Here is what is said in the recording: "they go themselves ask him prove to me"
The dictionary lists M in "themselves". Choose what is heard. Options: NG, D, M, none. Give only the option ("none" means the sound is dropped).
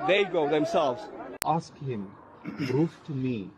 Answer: M